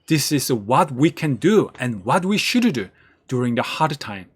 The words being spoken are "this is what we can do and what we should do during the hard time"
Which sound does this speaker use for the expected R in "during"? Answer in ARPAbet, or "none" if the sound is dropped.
R